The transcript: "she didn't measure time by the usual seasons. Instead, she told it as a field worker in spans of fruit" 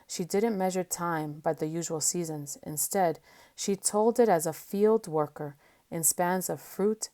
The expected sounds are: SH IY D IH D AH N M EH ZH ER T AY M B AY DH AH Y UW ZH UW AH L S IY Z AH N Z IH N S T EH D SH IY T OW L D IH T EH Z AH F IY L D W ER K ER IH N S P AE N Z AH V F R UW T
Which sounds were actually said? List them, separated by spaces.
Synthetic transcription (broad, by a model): SH IY D IH D N M EH ZH ER T AY M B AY DH AH Y UW ZH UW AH L S IY Z AH N Z IH N S T EH D SH IY T OW L D IH T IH Z AH F IY L D W ER K ER IH N S P AE N Z AH V F R UW T